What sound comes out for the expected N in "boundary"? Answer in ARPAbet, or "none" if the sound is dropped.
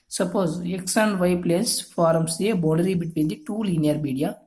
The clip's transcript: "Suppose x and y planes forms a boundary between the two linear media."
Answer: none